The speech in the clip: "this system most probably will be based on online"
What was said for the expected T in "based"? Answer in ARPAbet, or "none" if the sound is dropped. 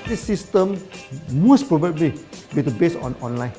none